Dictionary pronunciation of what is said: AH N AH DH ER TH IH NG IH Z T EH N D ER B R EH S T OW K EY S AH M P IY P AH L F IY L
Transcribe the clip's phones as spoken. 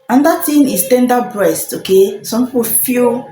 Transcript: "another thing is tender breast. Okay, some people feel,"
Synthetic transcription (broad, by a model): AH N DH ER T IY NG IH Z T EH N D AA B R EH S T OW K EY S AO M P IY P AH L F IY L